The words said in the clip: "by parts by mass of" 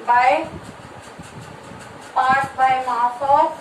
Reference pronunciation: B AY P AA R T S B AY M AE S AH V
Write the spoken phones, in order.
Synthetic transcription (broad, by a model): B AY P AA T B AY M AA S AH